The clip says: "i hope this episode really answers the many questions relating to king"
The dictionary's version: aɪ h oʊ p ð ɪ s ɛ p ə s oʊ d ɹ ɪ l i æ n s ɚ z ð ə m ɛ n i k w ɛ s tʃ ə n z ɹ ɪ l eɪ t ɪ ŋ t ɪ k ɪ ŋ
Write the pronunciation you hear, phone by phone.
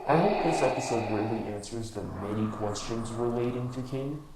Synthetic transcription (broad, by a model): aɪ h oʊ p ð ɪ s ɛ p ə s oʊ d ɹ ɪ l i æ n s ɚ z ð ə m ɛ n i k w ɛ s tʃ ə n z ɹ ɪ l eɪ t ɪ ŋ t ɪ k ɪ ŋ